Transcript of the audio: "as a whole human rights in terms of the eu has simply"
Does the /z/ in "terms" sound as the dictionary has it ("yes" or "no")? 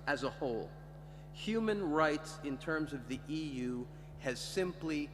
yes